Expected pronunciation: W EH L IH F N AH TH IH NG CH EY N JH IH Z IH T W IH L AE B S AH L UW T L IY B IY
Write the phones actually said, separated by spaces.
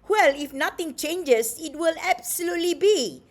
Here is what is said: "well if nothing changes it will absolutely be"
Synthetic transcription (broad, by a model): W EH L IH F N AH T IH NG CH EY N JH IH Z IH T W IH L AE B S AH L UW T L IY B IY